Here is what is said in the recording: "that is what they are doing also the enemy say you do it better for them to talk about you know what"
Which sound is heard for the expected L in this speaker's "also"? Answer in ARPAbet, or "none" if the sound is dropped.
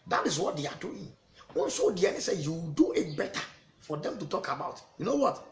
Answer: N